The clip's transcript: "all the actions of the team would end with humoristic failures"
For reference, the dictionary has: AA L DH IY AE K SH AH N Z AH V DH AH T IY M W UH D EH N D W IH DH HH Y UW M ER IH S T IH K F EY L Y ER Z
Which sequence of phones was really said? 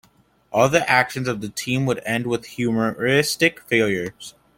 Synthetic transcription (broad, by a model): AA L DH IY AE K SH AH N Z AH V DH AH T IY M W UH D EH N D W IH DH HH Y UW M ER IH S T IH K F EY L Y ER Z